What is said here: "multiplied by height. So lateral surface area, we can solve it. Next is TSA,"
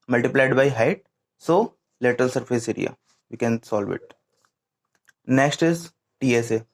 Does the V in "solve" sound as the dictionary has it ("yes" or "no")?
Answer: yes